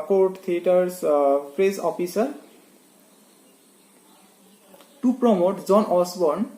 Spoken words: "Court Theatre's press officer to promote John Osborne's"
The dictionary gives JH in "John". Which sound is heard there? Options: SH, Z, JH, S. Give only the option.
Z